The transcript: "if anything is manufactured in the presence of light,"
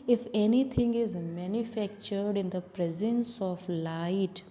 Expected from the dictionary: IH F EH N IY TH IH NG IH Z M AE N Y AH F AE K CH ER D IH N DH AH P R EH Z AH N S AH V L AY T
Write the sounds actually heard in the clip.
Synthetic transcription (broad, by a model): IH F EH N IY T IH NG IH Z M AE N Y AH F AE K CH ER D IH N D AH P R EH Z AH N S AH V L AY T